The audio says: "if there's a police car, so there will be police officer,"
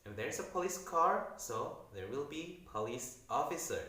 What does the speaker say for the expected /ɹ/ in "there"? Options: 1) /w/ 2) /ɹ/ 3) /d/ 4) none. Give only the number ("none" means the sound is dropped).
2